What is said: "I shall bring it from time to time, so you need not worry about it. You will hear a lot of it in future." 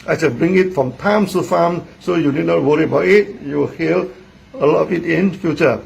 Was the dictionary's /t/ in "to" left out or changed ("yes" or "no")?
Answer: yes